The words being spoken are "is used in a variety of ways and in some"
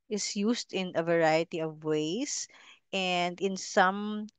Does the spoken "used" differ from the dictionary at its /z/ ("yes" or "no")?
yes